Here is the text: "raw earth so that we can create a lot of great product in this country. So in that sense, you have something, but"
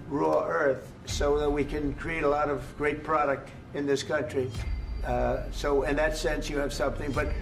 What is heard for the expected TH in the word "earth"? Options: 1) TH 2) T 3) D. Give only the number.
1